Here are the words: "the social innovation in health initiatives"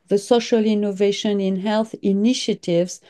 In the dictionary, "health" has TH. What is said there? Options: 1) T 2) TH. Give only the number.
2